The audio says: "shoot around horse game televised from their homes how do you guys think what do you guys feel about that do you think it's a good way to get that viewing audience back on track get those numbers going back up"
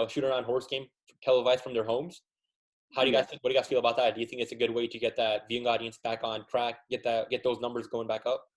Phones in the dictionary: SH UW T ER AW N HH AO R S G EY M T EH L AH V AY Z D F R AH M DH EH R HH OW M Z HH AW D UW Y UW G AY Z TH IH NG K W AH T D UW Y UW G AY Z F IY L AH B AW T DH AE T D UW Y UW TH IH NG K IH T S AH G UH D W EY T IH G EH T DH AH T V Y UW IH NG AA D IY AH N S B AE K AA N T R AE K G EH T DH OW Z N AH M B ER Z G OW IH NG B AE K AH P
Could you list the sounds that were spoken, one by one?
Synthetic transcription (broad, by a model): SH UW T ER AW N HH AO R S G EY M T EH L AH V AY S F R AH M DH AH R HH OW M Z HH AW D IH G AY Z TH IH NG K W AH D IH G AY Z F IY L AH B AW T DH AE T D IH Y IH TH IH NG K IH T S AH G UH D W EY T IH G EH T DH AH T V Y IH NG AA D IY AH N S B AE K N T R AE K G EH T DH OW Z N AH M B ER Z G OW IH NG B AE K AH P